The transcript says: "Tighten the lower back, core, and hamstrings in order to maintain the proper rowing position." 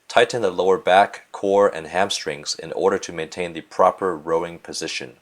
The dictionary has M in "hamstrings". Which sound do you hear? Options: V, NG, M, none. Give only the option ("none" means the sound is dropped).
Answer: M